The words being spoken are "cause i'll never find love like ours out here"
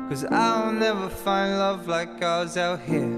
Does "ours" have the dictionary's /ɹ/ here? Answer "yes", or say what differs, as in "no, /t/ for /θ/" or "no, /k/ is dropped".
no, /w/ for /ɹ/